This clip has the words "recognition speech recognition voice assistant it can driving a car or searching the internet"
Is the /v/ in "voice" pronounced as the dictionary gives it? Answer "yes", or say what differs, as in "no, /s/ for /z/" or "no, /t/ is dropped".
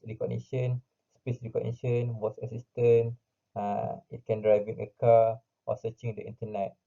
no, /w/ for /v/